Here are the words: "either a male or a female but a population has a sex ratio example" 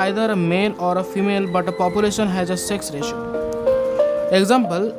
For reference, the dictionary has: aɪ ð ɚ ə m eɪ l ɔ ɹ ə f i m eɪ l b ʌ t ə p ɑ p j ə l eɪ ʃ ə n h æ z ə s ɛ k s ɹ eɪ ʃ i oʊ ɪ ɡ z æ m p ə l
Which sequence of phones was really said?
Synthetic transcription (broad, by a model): aɪ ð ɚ ə m eɪ n ɔ ɹ ə f i m eɪ l b ʌ t ə p ɑ p j ə l eɪ ʃ ə n h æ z ə s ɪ k s ɹ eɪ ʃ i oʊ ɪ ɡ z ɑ m p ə l